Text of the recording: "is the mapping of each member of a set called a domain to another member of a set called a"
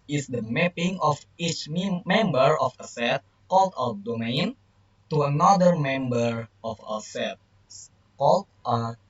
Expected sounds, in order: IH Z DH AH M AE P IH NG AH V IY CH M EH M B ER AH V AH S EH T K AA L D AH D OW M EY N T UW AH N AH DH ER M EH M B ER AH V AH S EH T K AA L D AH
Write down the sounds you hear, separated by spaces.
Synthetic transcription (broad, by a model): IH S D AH M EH P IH NG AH F IY CH M EH M B ER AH F AH S EH T K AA L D AH D OW M EY N T UW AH N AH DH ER M EH M B ER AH F AH S EH T K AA L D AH